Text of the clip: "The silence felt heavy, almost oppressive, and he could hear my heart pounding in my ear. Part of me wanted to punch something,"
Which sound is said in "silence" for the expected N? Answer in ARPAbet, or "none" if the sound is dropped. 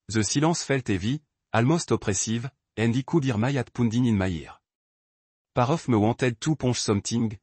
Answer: none